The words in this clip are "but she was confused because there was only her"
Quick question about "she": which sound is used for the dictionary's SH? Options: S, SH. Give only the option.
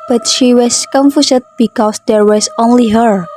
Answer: SH